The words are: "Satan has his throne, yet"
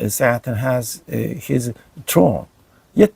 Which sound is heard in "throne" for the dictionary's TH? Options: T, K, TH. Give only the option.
T